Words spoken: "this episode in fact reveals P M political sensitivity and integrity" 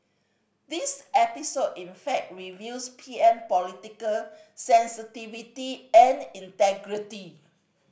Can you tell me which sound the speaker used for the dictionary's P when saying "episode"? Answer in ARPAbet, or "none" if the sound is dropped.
P